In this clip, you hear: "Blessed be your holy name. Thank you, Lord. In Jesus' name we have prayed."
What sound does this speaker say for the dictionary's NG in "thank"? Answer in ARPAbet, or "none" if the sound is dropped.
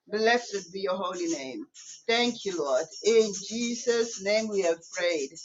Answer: NG